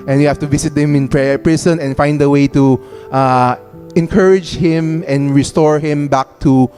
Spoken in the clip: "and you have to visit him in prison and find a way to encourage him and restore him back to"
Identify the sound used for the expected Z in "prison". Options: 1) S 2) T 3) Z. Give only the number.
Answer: 1